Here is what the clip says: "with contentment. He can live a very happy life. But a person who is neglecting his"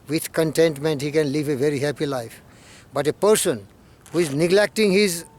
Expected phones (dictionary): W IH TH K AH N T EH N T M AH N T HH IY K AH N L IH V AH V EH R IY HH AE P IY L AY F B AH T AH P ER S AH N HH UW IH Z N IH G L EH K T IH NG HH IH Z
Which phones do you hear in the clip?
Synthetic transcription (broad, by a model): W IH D K AH N T EH N T M AH N T HH IY K AH N L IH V AH V EH R IY HH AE P IY L AY F B AH T AH P ER S AH N HH UW IH Z N IH G L EH K T IH NG HH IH Z